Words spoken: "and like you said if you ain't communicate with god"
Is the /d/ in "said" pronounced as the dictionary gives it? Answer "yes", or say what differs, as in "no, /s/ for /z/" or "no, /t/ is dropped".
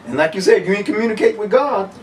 no, /d/ is dropped